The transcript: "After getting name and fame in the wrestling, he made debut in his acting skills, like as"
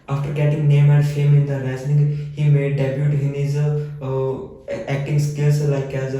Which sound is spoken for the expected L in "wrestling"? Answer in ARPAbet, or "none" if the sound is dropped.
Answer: N